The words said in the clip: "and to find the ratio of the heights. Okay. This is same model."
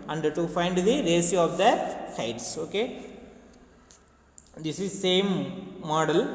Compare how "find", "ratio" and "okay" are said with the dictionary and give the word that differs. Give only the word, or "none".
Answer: ratio